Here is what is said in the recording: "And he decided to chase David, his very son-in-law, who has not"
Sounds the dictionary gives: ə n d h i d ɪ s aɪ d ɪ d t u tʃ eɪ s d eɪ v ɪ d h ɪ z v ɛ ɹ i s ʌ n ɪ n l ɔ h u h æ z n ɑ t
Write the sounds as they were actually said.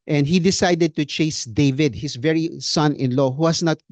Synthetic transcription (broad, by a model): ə n d h i d ɪ s aɪ d ɪ d t u tʃ eɪ s d eɪ v ɪ d h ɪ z v ɛ ɹ i s ʌ n ɪ n l ɔ h u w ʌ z n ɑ t